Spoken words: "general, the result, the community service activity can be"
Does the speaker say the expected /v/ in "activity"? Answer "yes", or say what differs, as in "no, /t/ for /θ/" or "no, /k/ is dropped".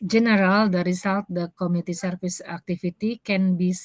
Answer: no, /f/ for /v/